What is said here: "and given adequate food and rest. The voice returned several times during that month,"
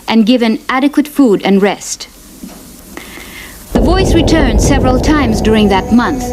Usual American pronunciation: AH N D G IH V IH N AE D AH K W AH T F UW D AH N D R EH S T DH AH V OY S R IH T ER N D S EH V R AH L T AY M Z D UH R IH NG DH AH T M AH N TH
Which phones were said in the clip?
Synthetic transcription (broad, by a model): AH N G IH V IH N AE D AH K W AH T F UW D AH N R EH S T DH AH V OY S R IH T ER N D S EH V R AH L T AY M Z D UH R IH NG DH AH T M AH N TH